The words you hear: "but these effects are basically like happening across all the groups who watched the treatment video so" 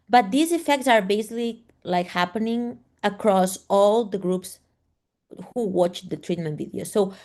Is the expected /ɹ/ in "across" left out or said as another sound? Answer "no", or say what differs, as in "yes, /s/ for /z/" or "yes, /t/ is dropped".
no